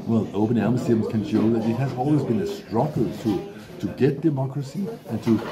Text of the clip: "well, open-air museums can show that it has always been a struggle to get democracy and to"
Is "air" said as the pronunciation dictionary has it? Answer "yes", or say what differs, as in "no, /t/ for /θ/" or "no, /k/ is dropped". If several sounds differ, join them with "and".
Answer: no, /l/ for /ɹ/